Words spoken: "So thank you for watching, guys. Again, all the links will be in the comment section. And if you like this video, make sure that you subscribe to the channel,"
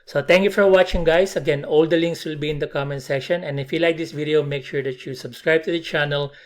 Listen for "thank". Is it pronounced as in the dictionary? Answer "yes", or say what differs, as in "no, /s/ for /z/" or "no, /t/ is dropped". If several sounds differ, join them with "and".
no, /t/ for /θ/